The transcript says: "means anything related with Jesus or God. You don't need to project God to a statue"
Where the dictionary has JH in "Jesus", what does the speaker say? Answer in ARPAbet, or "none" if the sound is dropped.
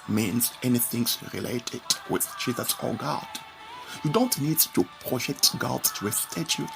CH